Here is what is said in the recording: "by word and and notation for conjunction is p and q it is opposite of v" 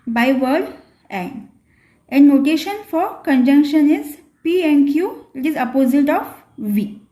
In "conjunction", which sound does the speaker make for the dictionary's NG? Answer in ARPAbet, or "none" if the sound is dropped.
NG